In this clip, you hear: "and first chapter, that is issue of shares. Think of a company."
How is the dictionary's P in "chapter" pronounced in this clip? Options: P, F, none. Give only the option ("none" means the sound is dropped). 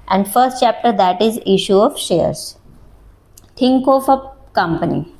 P